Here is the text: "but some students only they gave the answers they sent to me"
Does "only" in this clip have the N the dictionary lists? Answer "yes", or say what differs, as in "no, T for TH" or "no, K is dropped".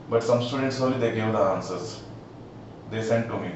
no, N is dropped